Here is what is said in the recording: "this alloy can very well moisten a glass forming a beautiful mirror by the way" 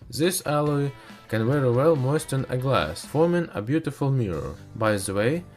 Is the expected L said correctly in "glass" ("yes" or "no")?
yes